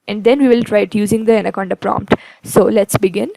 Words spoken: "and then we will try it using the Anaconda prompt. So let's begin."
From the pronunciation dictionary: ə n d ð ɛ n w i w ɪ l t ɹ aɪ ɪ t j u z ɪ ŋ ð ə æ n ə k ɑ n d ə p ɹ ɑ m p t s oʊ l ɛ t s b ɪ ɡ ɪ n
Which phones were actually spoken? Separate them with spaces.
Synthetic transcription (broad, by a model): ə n d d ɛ n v i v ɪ l t ɹ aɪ ɪ t j u z ɪ ŋ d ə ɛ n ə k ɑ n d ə p ɹ ɑ m p t s oʊ l ɛ t s b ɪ ɡ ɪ n